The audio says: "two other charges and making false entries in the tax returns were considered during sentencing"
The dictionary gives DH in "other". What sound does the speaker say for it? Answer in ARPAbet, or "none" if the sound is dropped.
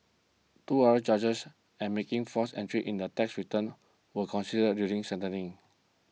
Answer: none